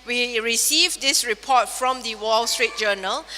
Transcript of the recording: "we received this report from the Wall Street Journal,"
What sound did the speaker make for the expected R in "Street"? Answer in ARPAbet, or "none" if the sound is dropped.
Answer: R